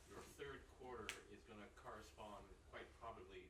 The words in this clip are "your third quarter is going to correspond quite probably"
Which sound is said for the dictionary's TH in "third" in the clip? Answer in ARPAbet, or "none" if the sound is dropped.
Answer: TH